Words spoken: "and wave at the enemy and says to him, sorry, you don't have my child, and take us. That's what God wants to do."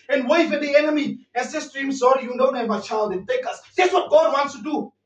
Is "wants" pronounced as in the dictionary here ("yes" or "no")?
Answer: yes